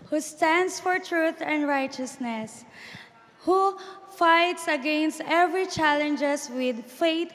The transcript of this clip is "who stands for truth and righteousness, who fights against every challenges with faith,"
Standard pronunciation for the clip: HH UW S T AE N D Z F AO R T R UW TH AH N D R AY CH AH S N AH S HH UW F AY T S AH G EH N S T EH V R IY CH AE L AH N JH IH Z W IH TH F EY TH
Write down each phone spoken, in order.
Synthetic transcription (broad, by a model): HH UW S T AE N D S F AO R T R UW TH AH N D R AY CH AH S N AH S HH UW F AY T S AH G EH N S T EH V R IY CH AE L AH N JH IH S W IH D F EY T